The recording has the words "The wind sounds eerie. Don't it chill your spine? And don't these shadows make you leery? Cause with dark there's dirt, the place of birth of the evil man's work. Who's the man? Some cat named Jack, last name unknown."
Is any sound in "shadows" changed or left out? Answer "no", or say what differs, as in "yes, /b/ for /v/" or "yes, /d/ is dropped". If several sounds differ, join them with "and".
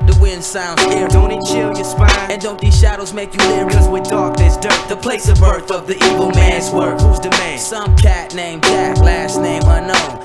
no